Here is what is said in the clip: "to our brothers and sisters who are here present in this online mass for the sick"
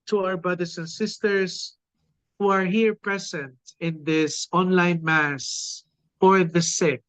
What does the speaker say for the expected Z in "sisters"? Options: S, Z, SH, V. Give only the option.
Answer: S